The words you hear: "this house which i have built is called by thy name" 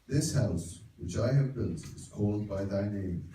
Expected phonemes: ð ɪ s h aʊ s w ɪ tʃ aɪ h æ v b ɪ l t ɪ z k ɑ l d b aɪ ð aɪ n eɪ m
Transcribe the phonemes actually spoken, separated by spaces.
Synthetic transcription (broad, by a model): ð ɪ s h aʊ s w ɪ tʃ aɪ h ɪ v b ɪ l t ɪ z k ɑ l d b aɪ ð aɪ n eɪ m